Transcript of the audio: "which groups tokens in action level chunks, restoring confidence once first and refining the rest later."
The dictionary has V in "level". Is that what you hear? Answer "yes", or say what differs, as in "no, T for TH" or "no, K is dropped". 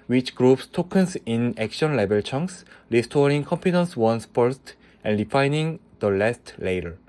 no, B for V